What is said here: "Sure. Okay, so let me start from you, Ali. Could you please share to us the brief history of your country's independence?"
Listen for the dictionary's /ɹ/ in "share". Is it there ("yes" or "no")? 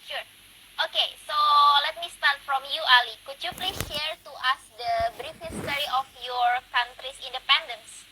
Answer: yes